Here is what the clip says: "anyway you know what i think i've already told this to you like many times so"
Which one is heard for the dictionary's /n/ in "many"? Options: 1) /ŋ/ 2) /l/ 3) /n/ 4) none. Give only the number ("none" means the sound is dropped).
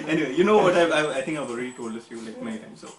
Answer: 4